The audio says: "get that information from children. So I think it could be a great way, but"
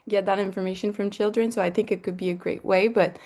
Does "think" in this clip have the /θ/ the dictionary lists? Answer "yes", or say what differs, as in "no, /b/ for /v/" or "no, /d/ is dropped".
yes